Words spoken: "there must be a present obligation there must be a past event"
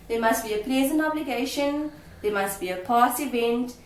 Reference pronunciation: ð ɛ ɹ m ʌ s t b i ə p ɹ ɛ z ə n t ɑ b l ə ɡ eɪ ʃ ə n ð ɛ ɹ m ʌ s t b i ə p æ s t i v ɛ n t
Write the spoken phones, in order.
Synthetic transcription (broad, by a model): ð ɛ m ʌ s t b i ə p ɹ ɛ z ə n t ɑ b l ə ɡ eɪ ʃ ə n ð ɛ m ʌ s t b i ə p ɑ s i v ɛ n t